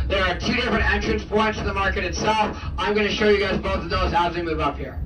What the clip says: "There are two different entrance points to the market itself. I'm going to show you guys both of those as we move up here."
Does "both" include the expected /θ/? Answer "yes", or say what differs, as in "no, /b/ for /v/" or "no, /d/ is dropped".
yes